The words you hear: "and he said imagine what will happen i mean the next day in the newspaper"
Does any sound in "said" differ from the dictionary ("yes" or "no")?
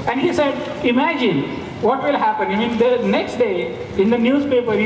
no